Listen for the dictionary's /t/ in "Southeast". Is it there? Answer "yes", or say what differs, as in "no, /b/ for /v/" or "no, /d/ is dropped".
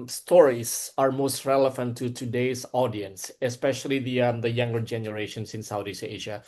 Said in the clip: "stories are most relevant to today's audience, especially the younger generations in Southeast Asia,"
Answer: no, /t/ is dropped